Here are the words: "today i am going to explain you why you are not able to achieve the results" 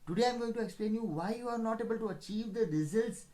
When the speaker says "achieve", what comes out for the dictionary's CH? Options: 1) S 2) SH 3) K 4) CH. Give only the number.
4